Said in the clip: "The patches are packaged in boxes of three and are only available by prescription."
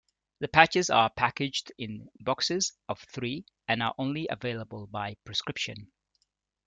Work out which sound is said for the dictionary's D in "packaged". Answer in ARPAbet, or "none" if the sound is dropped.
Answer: D